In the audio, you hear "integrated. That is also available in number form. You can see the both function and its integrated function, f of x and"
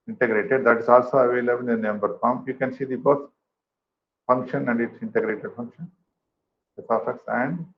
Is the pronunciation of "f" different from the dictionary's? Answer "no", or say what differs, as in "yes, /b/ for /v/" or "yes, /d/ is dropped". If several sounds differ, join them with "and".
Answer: yes, /p/ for /f/